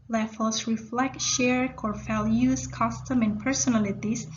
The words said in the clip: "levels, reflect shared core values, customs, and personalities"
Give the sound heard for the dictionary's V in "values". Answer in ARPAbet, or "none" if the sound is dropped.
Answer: F